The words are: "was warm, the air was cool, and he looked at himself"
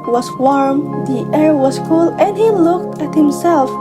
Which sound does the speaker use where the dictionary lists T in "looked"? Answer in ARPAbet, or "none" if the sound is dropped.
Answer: T